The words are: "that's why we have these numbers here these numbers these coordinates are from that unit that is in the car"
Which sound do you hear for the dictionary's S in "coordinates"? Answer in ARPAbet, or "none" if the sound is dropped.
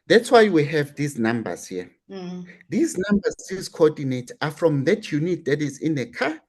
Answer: none